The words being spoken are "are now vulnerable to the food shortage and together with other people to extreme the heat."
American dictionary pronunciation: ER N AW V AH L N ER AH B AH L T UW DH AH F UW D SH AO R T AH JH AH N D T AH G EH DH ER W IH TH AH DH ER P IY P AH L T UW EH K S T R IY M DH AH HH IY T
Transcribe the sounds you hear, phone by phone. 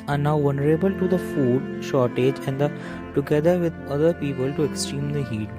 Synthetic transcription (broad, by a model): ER N AW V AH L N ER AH B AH L T UW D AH F UW D SH AO R T AH JH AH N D T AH G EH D ER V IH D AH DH ER P IY P AH L T UW EH K S T R IY M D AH HH IY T